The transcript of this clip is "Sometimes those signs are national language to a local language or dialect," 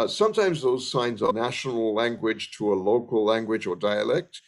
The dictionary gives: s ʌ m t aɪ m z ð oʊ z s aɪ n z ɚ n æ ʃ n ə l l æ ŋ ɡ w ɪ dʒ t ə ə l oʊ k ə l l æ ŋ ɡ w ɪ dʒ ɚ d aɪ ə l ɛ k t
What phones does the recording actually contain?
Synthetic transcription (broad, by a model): s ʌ m t aɪ m z ð oʊ z s aɪ n z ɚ n æ ʃ n ə l l æ ŋ ɡ w ɪ dʒ t ə ə l oʊ k ə l l æ ŋ ɡ w ɪ dʒ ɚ d aɪ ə l ɛ k t